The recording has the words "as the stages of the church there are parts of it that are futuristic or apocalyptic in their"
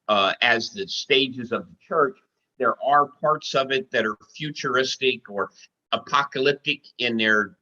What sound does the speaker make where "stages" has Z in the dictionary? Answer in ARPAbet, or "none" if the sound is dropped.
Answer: Z